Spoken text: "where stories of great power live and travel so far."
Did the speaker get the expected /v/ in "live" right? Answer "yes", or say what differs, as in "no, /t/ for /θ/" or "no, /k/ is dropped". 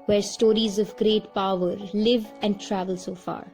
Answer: yes